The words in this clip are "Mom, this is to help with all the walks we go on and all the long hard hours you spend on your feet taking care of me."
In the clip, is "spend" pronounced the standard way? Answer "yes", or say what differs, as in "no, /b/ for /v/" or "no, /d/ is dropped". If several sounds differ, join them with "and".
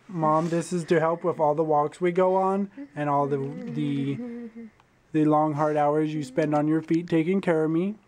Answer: yes